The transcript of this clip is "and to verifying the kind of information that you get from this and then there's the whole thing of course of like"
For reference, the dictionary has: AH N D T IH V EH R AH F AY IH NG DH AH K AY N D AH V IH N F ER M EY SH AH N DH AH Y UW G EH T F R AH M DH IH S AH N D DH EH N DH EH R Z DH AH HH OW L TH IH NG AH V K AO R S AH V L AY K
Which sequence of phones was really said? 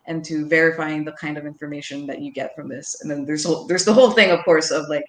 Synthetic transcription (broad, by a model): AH N T IH V EH R AH F AY IH NG DH AH K AY N D AH V IH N F ER M EY SH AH N DH AH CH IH G EH T F R AH M DH IH S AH N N DH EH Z DH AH R Z DH AH HH OW L TH IH NG AH V K AO R S AH V L AY K